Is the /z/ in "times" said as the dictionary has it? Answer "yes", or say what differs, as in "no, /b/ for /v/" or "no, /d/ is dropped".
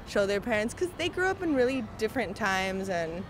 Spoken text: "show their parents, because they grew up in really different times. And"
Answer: yes